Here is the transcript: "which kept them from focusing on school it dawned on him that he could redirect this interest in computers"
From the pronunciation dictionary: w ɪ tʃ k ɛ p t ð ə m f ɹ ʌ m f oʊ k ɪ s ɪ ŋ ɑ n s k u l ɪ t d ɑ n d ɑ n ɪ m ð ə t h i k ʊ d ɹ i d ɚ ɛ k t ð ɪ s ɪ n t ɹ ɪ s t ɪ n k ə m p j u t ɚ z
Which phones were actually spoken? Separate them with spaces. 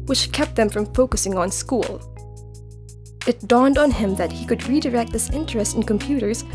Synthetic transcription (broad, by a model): w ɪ tʃ k ɛ p t ð ə m f ɹ ʌ m f oʊ k ɪ s ɪ ŋ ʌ n s k u l ɪ t d ɑ n d n ɪ m ð ə t h i k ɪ d ɹ i d ɚ ɛ k t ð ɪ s ɪ n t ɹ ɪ s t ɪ n k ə m p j u t ɚ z